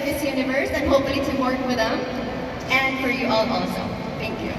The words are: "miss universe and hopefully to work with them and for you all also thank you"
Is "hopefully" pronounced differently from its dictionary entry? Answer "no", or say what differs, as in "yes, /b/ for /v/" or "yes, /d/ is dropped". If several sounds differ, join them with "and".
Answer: yes, /p/ is dropped